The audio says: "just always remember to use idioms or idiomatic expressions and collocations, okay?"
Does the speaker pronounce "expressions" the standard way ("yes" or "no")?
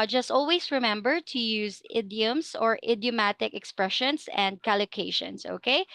no